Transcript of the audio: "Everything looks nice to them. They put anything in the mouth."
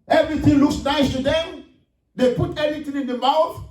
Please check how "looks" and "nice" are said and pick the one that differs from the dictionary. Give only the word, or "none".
none